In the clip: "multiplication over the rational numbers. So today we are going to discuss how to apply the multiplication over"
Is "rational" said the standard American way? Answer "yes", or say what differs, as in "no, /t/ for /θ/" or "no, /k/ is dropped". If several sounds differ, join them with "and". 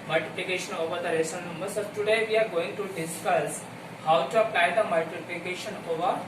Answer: no, /n/ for /l/